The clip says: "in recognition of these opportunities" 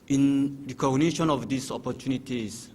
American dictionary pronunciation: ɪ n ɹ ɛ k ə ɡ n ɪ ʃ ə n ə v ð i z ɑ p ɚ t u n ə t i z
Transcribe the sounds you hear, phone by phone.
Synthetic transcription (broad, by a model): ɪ n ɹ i k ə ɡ n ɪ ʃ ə n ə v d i s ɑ p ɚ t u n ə t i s